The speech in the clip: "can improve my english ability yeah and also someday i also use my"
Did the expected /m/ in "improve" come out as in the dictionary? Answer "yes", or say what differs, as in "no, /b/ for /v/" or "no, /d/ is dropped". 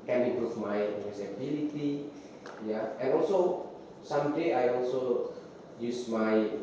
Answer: no, /m/ is dropped